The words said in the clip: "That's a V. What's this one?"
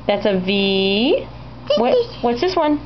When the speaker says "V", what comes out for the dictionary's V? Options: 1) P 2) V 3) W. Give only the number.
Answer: 2